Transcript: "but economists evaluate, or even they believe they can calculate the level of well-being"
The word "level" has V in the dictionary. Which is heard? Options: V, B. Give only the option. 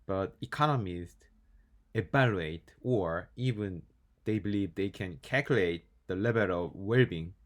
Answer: B